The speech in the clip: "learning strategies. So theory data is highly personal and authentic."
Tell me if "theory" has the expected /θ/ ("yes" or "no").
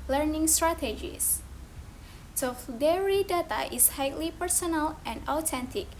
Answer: no